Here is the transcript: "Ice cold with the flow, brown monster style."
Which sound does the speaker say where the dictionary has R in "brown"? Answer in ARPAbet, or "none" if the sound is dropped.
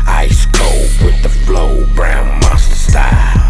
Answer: R